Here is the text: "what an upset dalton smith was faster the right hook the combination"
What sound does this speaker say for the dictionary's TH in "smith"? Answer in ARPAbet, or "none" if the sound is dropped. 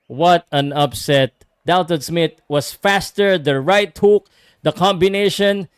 T